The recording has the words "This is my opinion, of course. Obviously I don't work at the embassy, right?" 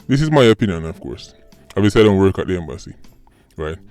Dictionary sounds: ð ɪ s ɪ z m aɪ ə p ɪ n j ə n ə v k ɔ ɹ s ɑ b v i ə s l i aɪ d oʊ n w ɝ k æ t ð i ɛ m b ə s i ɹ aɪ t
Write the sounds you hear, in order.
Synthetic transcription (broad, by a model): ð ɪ s ɪ z m aɪ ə p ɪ n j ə n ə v k ɔ ɹ s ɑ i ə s i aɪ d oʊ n w ɝ k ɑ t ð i ɛ m b ə s i ɹ aɪ t